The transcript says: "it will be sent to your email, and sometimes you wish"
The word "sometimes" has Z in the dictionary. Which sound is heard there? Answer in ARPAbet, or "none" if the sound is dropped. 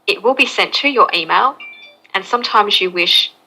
Z